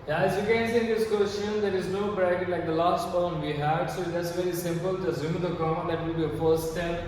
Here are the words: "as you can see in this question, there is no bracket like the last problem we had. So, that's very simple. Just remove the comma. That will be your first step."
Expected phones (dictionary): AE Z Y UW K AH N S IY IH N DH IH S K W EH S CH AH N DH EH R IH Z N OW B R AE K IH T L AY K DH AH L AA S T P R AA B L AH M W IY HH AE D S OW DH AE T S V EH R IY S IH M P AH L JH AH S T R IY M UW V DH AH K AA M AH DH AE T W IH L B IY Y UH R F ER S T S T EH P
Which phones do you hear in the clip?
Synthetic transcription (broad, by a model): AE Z Y UW K AH N S IY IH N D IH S K W EH S CH AH N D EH R IH Z N OW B R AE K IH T L AY K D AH L AA S T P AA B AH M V IY HH AE D S OW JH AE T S V EH R IY S IH M P AH L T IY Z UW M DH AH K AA AH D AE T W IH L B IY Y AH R F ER S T S T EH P